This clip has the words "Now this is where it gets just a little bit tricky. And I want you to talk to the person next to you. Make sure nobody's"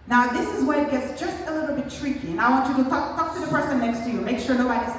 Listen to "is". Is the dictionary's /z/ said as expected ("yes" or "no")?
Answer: yes